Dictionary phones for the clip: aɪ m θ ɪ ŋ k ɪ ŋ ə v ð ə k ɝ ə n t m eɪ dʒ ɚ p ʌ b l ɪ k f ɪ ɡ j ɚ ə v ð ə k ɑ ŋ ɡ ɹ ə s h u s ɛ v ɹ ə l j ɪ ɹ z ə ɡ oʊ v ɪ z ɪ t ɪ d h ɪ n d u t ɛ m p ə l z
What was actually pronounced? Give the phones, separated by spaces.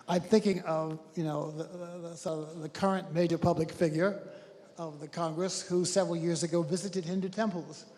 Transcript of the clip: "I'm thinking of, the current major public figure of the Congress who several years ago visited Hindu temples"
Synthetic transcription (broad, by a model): aɪ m θ ɪ ŋ k ɪ ŋ ə v ð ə k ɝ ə n m eɪ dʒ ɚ p ʌ b l ɪ k f ɪ ɡ j ɚ ə v ð ə k ɑ ŋ ɡ ɹ ə s h u s ɛ v ɹ l j ɪ ɹ z ə ɡ oʊ v ɪ z ɪ t ɪ d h ɪ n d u t ɛ m p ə l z